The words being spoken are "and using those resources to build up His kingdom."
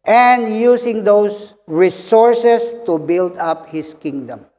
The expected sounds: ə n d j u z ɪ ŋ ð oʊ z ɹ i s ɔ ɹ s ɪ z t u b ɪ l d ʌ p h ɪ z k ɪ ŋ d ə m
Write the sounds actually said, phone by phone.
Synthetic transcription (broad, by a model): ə n d j u s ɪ ŋ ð oʊ s ɹ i s ɔ ɹ s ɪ s t u b ɪ l d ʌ p h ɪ s k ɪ ŋ d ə m